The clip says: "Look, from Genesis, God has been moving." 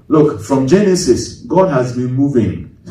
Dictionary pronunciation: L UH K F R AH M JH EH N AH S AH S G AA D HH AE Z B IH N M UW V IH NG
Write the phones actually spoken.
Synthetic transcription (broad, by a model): L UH K F R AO M JH EH N AH S AH S G AA D HH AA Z B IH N M UW V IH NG